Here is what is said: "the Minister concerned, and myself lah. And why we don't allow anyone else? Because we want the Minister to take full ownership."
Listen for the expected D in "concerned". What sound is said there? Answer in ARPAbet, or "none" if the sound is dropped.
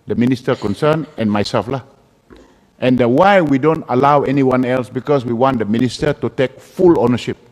none